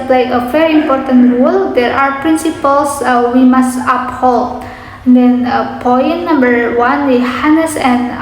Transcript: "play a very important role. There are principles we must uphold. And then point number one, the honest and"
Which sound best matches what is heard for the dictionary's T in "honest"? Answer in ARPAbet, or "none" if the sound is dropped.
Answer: none